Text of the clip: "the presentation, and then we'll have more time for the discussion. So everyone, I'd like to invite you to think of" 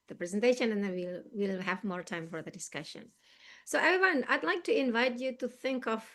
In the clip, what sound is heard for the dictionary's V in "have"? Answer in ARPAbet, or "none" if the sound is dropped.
V